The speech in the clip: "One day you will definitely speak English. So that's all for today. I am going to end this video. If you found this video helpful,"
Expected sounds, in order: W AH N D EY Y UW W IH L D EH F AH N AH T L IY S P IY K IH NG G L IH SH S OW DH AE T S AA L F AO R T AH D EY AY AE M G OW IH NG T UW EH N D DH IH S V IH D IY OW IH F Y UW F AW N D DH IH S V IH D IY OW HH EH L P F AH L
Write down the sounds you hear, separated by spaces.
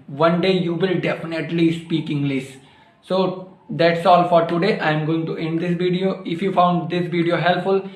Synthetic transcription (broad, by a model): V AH N D EY Y UW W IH L D EH F AH N AH T L IY S P IY K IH NG G L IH S S OW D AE T S AA L F AO R T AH D EY AY M G OW IH NG T UW EH N D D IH S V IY D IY OW IH F Y UW F AW N D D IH S V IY D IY OW HH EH L P F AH L